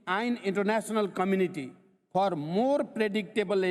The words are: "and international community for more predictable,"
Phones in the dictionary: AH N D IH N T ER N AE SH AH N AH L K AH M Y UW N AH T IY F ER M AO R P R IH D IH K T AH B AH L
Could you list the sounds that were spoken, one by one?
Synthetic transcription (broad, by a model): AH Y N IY N T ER N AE S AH N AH L K AH M Y UW N AH T IY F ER M AO R P R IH D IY K T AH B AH L